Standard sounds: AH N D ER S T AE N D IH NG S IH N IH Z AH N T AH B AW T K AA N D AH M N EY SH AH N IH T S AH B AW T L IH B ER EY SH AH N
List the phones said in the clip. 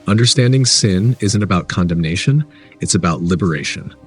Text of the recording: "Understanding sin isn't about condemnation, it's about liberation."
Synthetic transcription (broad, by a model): AH N D ER S T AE N D IH NG S IH N IH Z AH N T AH B AW T K AA N D AH M N EY SH AH N IH T S AH B AW T L IH B ER EY SH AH N